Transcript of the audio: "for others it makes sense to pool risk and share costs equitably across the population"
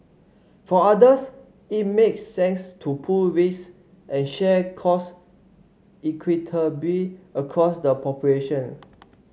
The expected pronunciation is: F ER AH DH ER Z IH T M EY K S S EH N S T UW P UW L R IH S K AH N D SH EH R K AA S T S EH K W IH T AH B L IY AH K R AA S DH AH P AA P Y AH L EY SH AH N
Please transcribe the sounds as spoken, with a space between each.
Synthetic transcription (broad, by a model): F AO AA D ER S IH T M EY K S S EH N S T UW P UW L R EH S AH N SH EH K AA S S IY K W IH T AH B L IY AH K R AA S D AH P AA P Y AH L EY SH AH N